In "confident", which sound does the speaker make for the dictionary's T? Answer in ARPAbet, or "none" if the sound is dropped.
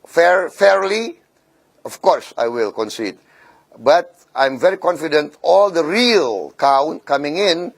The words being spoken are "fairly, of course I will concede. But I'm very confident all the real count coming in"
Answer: T